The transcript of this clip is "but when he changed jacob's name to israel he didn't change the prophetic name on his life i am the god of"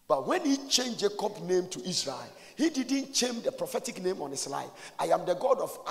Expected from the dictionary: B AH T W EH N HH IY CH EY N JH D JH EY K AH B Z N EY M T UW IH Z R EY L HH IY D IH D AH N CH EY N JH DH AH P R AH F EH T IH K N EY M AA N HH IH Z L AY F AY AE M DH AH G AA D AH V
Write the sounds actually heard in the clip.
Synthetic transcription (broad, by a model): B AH T W EH N HH IY CH EY N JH JH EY K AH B N EY M T UW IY S R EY L HH IY D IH D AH N CH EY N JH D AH P R AH F EH T IH K N EY M AA N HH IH S L AY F AY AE M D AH G AA D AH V